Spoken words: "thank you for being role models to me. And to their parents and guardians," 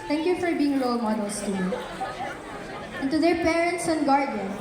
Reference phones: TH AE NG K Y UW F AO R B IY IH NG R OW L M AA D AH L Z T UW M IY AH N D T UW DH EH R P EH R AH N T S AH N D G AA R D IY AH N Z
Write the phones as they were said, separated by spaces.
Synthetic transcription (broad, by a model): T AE NG K Y UW F AO R B IY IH NG L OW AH M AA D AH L S T UW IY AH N T UW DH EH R P EH R AH N T S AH N G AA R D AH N